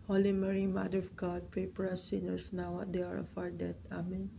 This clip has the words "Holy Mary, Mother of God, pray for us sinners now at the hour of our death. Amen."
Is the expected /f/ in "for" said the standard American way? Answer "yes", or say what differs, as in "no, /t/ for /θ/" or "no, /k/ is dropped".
no, /p/ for /f/